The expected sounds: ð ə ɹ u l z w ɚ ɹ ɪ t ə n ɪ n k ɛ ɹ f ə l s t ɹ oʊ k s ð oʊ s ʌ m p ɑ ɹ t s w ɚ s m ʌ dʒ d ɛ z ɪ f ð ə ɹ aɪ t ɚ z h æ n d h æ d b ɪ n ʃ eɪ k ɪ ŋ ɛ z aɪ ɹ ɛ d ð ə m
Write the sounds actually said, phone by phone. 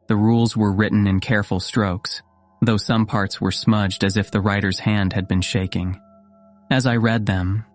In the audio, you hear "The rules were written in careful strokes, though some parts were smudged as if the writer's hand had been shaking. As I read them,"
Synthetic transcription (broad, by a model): ð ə ɹ u l z w ɚ ɹ ɪ t n ɪ n k ɛ ɹ f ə l s t ɹ oʊ k s ð oʊ s ʌ m p ɑ ɹ t s w ɚ s m ʌ dʒ d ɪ z ɪ f ð ə ɹ aɪ t ɚ z h æ n d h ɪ d b ɪ n ʃ eɪ k ɪ ŋ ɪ z aɪ ɹ ɛ d ð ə m